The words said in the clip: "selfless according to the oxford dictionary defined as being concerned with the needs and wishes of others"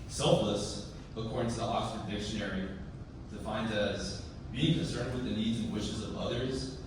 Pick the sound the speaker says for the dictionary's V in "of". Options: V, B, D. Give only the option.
V